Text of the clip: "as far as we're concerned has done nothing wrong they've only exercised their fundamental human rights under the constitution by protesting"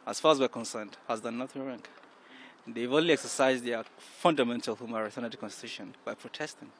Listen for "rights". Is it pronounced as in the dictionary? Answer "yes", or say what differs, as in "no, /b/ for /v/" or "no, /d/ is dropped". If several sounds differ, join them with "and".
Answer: no, /s/ is dropped